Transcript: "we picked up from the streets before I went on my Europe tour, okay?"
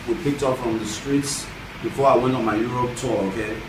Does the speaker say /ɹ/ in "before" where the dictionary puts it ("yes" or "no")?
yes